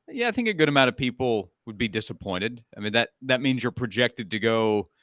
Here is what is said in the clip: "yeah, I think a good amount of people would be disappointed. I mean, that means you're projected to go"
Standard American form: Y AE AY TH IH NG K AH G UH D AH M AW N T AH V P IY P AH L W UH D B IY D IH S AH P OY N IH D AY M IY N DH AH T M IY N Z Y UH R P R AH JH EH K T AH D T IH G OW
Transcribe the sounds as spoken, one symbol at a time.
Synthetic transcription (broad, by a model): Y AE AY TH IH NG K AH G UH D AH M AW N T AH V P IY P L W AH D B IY D IH S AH P OY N IH D AY M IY N DH AH T M IY N Z Y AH R P R AH JH EH K T AH D T IH G OW